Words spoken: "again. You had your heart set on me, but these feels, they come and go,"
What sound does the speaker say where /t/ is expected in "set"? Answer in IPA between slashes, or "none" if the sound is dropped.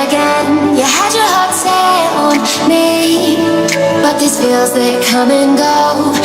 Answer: none